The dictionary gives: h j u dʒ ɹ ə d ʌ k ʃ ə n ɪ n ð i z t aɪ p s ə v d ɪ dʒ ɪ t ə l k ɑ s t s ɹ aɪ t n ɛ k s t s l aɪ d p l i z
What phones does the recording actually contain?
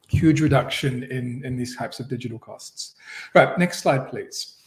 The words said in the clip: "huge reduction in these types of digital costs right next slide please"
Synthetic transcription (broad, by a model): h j u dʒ ɹ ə d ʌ k ʃ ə n ɪ n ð i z t aɪ p s ə v d ɪ dʒ ɪ t ə l k ɑ s t s ɹ aɪ t n ɛ k s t s l aɪ d p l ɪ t